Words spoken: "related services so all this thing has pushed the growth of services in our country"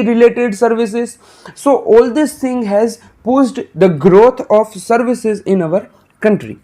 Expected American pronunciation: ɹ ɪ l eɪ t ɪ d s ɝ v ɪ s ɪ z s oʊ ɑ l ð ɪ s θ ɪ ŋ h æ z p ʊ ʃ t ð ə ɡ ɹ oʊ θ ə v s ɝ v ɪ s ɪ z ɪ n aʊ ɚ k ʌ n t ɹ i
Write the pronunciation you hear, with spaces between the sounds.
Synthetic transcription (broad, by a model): ɹ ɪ l eɪ t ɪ d s ɝ v ɪ s ɪ z s oʊ ɑ l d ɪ s t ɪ ŋ h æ z p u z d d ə ɡ ɹ oʊ t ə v s ɝ v ɪ s ɪ z ɪ n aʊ ɚ k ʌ n t ɹ i